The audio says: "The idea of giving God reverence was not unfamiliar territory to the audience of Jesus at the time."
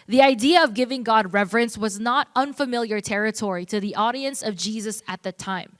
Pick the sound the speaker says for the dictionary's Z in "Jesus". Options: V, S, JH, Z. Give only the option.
Z